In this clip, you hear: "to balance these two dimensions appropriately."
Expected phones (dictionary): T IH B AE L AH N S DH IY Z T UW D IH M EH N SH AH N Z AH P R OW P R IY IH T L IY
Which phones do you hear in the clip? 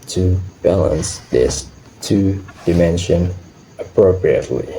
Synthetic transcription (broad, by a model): T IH B AE L AH N S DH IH S T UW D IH M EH N SH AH N AH P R OW P R IY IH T L IY